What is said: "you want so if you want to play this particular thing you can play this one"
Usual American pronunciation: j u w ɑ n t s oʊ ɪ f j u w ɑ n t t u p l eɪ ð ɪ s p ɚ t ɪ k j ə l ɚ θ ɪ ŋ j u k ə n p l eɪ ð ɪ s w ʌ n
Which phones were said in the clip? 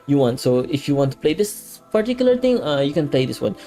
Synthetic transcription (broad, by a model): j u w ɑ n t s oʊ ɪ f j u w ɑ n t t u p l eɪ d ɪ s p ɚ t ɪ k j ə l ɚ t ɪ ŋ j u k ə n p l eɪ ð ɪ s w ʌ n